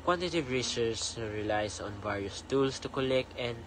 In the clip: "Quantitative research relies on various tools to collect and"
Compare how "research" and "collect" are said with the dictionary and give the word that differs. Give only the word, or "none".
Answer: research